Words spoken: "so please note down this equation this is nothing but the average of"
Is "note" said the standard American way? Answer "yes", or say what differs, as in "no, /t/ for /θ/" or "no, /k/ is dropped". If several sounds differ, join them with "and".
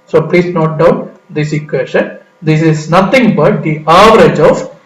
yes